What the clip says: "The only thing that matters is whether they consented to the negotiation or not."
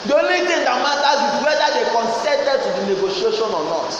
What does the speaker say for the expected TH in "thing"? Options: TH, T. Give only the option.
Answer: T